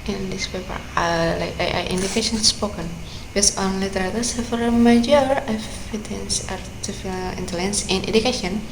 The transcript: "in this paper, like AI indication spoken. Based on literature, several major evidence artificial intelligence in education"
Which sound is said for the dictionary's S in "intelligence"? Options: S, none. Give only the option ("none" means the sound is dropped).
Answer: S